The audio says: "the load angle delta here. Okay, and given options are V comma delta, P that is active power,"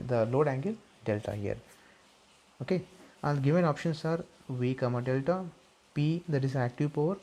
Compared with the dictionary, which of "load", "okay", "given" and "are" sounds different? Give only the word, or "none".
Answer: none